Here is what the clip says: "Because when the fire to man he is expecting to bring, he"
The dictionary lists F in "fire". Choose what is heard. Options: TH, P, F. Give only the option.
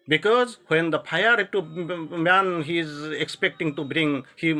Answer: P